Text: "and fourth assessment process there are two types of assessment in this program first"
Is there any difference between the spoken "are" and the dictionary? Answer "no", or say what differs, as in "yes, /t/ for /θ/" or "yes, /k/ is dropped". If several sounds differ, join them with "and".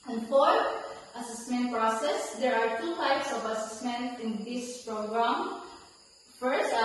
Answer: no